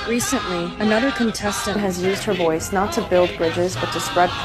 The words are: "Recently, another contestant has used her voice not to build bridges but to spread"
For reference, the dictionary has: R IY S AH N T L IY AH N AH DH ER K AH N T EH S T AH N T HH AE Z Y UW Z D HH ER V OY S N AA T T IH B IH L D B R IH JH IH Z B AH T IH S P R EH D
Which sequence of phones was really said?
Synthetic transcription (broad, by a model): R IY S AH N T L IY AH N AH DH ER K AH N T EH S T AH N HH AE Z Y UW Z D HH ER V OY S N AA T T IH B IH L D B R IH JH IH Z B AH T IH S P R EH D